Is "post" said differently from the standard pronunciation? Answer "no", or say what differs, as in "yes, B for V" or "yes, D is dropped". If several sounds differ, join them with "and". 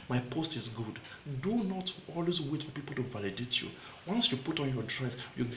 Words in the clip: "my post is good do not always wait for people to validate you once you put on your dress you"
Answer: no